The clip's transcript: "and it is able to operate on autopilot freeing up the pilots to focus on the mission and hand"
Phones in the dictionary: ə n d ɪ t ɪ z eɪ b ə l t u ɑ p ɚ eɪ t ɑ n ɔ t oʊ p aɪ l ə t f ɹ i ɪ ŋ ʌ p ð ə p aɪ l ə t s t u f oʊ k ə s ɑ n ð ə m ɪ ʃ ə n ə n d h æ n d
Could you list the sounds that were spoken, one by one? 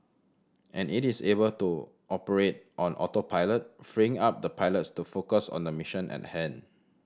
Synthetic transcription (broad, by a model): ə n ɪ t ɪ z eɪ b ə l t u ɑ p ɚ eɪ t ɑ n ɔ t oʊ p aɪ l ə t f ɹ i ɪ ŋ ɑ p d ə p aɪ l ə t s t u f oʊ k ə s ɑ n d ə m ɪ ʃ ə n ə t h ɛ n